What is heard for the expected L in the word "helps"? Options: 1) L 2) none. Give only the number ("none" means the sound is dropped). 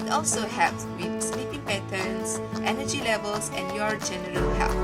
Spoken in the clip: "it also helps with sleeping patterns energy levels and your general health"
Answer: 2